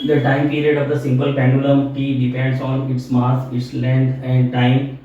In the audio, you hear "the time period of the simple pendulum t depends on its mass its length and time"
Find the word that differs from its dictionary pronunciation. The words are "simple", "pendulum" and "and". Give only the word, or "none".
pendulum